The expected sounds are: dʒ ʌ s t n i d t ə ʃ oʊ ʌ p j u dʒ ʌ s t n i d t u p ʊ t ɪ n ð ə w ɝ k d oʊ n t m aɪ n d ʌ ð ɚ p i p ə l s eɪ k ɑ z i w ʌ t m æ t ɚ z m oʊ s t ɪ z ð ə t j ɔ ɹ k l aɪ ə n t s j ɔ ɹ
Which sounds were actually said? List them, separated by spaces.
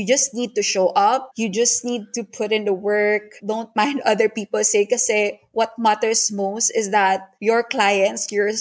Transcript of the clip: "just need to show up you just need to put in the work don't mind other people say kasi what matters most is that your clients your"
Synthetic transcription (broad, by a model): dʒ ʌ s t n i d t ə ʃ oʊ ʌ p j u dʒ ʌ s t n i d t u p ʊ t ɪ n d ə w ɝ k d oʊ n t m aɪ n d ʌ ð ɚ p i p ə l s eɪ k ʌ s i w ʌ t m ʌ t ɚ s m oʊ s t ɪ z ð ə t j ɔ ɹ k l aɪ ə n t s j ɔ ɹ